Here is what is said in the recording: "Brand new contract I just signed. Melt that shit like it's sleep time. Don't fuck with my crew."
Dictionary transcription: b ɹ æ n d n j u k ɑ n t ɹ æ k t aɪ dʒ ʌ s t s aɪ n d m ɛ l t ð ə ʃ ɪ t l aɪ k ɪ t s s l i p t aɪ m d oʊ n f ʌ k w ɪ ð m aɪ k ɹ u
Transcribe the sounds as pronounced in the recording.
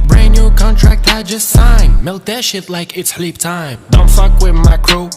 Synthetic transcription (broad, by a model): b ɹ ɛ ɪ n j u k ɑ n t ɹ æ k t aɪ dʒ ʌ s t s aɪ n m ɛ l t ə ʃ ɪ t l aɪ k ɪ t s s l i p t aɪ m d oʊ n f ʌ k w ɪ ð m aɪ k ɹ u